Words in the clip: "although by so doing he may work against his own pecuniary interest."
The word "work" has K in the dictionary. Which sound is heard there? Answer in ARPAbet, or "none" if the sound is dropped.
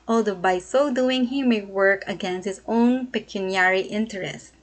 K